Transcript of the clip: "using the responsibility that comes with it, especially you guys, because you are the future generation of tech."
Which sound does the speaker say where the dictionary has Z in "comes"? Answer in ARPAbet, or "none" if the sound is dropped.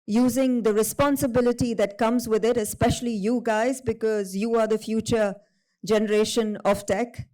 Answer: Z